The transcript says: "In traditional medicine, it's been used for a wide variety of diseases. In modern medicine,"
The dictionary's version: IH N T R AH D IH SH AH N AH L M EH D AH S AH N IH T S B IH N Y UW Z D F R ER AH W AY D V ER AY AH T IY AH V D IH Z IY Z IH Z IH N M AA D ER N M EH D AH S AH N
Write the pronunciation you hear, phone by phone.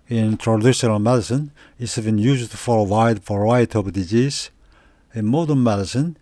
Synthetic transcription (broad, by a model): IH N T R AH D IH SH AH N AH L M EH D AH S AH N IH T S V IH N Y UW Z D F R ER AH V AY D F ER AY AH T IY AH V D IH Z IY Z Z IH N M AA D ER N M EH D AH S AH N